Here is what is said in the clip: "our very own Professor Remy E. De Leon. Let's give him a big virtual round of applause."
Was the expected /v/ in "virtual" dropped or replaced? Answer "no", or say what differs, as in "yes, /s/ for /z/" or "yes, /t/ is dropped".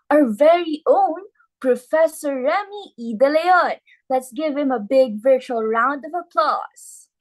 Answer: no